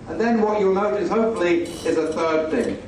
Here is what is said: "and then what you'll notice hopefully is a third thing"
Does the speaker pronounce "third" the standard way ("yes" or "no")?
yes